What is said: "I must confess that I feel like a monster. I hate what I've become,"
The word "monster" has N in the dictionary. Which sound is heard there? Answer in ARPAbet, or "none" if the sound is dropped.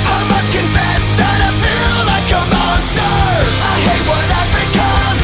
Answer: none